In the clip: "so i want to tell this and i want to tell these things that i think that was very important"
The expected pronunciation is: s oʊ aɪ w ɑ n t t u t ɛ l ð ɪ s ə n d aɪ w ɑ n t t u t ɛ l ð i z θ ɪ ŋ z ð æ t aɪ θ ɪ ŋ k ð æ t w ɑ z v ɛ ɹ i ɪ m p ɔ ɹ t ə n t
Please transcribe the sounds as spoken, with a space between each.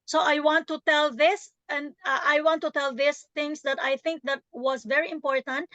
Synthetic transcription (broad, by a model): s oʊ aɪ w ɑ n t t u t ɛ l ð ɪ s ə n d aɪ w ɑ n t t u t ɛ l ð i s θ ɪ ŋ s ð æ t aɪ θ ɪ ŋ k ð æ t w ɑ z v ɛ ɹ i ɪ m p ɔ ɹ t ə n t